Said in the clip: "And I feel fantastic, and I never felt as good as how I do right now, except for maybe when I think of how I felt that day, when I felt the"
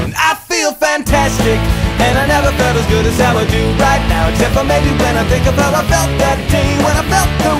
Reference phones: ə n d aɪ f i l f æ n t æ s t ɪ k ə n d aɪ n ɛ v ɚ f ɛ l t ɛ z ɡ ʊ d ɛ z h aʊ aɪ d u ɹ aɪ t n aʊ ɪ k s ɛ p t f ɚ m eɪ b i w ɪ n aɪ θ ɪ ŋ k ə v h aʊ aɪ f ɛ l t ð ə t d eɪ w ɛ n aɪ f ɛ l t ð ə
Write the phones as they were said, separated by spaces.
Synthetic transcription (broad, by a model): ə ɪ f i l f æ n t æ s t ɪ k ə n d aɪ n ɛ v ɚ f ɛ t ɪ z ɡ ʊ d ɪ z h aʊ aɪ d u ɹ aɪ t n aʊ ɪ s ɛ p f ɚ m eɪ b i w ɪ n aɪ θ ɪ ŋ k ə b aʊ aɪ f ɛ l t ð ə t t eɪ w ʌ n aɪ f ɛ l t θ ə